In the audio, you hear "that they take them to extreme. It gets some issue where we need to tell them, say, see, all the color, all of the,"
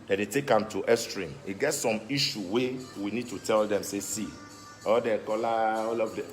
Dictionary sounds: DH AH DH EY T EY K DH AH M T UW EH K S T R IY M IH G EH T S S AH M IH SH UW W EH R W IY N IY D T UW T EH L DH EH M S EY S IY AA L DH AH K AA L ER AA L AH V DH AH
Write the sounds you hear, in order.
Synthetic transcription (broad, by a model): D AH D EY T EY K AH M T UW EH S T R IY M IH G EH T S S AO M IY SH UW W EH W IY N IY D T UW T EH L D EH M S EY S IY AA L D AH K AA L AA AA L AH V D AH